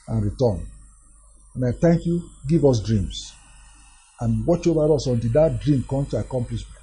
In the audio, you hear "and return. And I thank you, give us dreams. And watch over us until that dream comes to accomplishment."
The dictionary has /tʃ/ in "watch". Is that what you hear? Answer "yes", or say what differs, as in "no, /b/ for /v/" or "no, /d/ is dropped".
yes